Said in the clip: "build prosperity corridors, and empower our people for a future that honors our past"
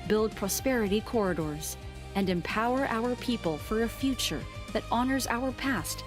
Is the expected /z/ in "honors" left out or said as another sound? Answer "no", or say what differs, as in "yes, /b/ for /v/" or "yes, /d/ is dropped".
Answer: no